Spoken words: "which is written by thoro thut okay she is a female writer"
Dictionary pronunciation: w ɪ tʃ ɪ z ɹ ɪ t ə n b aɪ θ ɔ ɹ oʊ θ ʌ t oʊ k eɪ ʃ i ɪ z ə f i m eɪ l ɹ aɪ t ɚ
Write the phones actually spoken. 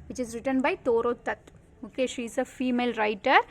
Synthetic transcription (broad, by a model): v ɪ tʃ ɪ z ɹ ɪ t ə n b aɪ t ɔ ɹ oʊ t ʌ t oʊ k eɪ ʃ i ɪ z ə f i m eɪ l ɹ aɪ t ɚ